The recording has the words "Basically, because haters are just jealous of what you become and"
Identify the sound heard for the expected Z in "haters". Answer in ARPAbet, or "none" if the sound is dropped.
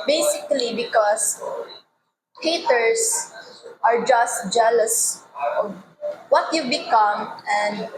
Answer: S